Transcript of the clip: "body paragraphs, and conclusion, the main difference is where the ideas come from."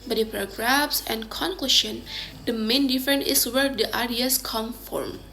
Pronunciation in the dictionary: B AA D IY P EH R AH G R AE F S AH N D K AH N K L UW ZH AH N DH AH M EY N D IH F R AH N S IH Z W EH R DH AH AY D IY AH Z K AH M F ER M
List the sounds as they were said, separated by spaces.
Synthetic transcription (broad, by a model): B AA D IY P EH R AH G R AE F S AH N K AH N K L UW SH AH N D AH M EY N D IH F R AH N IH S W EH R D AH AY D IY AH S K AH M F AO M